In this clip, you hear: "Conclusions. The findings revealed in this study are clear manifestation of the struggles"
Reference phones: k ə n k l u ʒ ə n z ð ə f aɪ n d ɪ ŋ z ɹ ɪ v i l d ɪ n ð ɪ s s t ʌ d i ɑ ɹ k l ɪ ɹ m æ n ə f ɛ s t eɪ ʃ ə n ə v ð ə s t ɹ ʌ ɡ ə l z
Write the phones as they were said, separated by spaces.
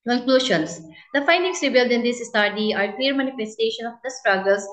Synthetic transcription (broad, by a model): k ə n k l u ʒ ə n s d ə f aɪ n d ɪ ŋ s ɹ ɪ b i l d ɪ n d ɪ s s t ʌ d i ɑ ɹ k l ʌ ɹ m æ n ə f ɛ s t eɪ ʃ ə n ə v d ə s t ɹ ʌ ɡ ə l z